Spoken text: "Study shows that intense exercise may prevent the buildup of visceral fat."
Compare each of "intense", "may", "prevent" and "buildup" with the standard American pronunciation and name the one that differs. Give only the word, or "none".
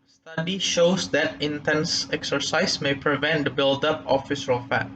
none